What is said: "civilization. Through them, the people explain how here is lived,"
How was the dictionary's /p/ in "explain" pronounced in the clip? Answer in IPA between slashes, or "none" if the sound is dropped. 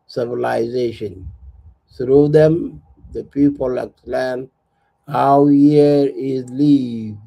none